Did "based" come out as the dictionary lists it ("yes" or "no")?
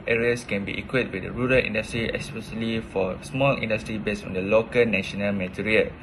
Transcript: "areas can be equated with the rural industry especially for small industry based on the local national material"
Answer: no